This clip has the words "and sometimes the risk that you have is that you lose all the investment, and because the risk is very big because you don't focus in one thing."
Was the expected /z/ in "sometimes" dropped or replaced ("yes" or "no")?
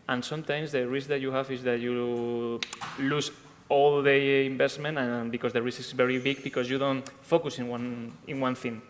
yes